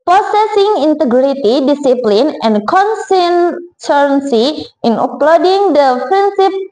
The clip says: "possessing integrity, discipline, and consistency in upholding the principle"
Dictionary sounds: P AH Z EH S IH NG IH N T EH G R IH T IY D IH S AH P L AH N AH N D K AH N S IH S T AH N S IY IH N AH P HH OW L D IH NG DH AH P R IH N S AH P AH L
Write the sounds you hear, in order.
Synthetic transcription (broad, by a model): P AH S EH S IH NG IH N T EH G R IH T IY D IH S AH P L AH N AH N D K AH N S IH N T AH N S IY IH N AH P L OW D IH NG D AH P R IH N S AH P